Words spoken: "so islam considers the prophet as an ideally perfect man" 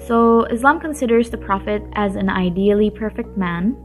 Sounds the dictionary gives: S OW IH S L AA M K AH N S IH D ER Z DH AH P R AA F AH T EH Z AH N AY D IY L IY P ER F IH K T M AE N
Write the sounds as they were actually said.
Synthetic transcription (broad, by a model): S OW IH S L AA M K AH N S IH D ER Z DH AH P R AA F AH T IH Z AH N AY D IY L IY P ER F IH K T M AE N